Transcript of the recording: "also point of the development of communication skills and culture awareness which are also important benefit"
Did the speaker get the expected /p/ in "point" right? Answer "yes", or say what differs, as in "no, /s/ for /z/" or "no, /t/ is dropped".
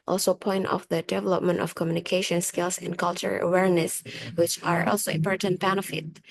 yes